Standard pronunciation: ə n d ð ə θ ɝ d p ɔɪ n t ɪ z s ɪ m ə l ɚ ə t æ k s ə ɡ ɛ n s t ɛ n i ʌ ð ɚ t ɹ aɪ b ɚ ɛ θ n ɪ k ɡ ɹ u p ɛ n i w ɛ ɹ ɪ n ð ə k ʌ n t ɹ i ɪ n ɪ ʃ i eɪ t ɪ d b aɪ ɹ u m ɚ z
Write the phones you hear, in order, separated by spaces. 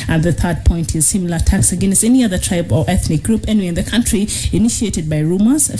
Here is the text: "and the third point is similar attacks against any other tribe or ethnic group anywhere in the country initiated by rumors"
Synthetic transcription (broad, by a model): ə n ð ə θ ɝ d p ɔɪ n t ɪ z s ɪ m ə l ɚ ə t æ k s ə ɡ ɛ n s t ɛ n i ʌ ð ɚ t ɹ aɪ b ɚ ɛ θ n ɪ k ɡ ɹ u p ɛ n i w ɪ n ð ə k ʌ n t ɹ i ɪ n ɪ ʃ i eɪ t ɪ d b aɪ ɹ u m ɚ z